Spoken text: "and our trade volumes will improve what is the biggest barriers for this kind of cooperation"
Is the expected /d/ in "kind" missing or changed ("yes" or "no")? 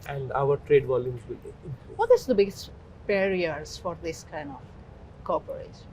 no